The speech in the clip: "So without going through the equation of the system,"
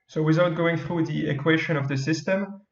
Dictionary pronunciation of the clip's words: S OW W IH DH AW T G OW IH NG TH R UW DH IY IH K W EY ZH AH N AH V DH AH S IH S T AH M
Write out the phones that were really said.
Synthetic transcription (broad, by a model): S OW W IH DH AW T G OW IH NG TH R UW DH IY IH K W EY SH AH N AH V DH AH S IH S T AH M